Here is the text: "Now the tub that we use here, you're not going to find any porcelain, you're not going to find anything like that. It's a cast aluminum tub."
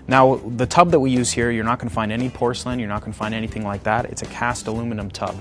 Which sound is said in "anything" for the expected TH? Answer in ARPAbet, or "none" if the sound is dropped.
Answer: TH